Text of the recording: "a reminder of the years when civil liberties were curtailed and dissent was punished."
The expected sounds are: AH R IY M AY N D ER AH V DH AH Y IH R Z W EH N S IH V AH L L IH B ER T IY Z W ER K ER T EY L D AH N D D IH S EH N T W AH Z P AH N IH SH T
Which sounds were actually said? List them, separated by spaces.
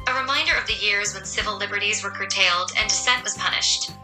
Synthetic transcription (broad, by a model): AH R IY M AY N D ER AH V DH AH Y IH R Z W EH N S IH V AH L L IH B ER T IY Z W ER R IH T EY L D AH N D D IH S EH N T W AH Z P AH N IH SH T